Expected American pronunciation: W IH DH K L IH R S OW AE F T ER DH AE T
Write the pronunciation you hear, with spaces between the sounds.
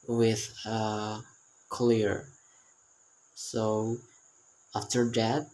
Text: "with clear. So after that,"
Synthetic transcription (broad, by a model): W IH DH K L IH R S OW AE F T ER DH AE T